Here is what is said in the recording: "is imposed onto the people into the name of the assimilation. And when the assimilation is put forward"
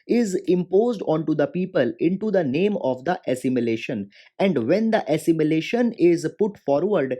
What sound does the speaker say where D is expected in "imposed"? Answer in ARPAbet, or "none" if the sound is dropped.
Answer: D